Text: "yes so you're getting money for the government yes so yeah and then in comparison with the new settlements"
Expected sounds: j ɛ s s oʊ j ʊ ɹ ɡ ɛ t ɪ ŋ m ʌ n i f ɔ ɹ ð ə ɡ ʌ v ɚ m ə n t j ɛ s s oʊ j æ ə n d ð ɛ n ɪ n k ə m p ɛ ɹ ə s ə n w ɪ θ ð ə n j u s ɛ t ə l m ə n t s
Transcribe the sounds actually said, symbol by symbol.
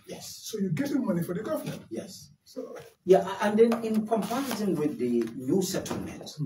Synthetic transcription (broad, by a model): j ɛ s s oʊ j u ɡ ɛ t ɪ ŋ m ʌ n i f ɔ ɹ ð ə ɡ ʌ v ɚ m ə n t j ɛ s s oʊ j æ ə n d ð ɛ n ɪ n k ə m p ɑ ə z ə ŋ w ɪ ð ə n j u s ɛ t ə l m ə n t